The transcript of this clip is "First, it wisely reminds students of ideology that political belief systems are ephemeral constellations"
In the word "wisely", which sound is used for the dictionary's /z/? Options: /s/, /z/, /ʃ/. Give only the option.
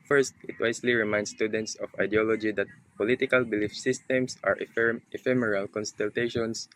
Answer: /s/